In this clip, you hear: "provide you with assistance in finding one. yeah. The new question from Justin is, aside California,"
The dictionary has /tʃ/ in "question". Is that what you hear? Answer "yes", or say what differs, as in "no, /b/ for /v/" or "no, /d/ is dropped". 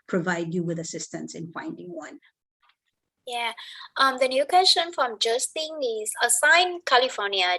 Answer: no, /ʃ/ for /tʃ/